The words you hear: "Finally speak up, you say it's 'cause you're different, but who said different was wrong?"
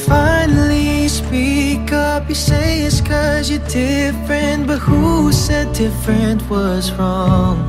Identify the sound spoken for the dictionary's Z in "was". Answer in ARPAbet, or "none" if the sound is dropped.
Z